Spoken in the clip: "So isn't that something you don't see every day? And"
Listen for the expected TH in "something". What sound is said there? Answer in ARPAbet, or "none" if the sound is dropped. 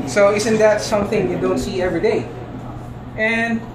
TH